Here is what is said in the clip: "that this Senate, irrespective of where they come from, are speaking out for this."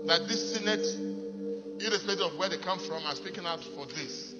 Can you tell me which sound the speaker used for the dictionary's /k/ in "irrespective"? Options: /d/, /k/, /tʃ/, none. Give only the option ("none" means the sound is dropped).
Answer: none